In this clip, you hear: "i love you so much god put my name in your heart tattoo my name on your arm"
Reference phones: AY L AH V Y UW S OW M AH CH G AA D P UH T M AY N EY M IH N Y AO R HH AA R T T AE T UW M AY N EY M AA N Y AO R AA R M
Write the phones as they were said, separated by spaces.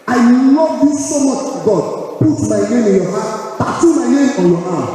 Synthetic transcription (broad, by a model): AY N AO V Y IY S OW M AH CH G AA D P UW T M AY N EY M IH N Y AO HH AA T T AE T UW M AY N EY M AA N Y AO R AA